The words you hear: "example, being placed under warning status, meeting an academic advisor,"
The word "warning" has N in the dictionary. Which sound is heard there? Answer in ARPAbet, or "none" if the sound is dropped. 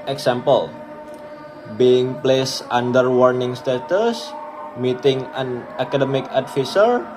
N